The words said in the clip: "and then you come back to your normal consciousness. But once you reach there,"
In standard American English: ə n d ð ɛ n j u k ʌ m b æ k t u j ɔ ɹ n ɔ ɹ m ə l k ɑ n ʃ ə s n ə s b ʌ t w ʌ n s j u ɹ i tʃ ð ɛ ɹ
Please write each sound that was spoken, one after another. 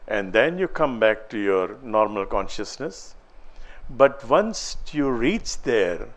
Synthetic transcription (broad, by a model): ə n d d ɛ n j u k ʌ m b æ k t u j ɔ ɹ n ɔ ɹ m ə l k ɑ n ʃ ə s n ə s b ʌ t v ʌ n s j u ɹ i tʃ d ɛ ɹ